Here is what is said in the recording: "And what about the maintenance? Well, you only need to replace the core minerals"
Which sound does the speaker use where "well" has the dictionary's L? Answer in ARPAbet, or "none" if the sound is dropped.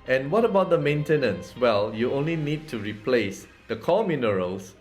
L